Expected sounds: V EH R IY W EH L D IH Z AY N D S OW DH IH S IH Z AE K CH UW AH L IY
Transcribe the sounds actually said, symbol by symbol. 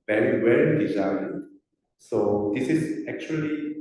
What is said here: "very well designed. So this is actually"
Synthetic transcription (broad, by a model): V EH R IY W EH N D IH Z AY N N S OW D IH S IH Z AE K CH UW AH L IY